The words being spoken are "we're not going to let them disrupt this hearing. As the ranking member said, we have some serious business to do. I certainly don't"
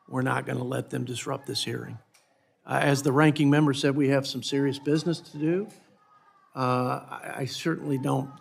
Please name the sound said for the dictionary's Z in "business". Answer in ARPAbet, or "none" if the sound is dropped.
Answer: Z